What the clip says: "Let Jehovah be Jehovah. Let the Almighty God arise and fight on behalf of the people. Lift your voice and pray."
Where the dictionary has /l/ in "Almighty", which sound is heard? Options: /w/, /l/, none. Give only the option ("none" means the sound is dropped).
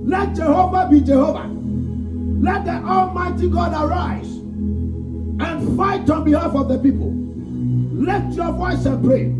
/l/